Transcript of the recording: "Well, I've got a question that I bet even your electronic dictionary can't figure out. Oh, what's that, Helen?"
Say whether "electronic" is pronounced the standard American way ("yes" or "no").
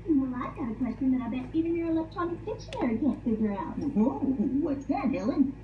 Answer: no